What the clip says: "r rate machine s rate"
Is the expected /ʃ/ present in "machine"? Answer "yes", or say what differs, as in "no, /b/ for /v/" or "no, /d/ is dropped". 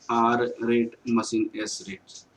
no, /s/ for /ʃ/